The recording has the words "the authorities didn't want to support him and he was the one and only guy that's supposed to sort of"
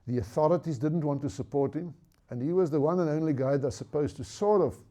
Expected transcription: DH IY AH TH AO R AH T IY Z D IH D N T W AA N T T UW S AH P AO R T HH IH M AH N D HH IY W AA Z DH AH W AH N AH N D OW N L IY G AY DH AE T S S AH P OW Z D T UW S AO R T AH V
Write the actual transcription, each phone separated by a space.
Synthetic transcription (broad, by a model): DH IY AH TH AO R AH T IY Z D IH D N T W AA N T T UW S AH P AO R T HH IH M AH N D HH IY W AA Z DH AH W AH N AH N OW N L IY G AY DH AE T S S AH P OW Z T UW S AO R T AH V